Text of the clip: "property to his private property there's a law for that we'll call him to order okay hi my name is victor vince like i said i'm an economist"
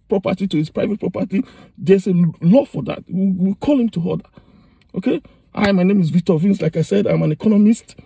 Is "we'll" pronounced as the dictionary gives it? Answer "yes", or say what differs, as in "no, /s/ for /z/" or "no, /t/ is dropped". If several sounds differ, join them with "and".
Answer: no, /w/ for /l/